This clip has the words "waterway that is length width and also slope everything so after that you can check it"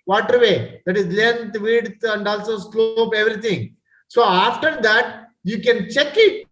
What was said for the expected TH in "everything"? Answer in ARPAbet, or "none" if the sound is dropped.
T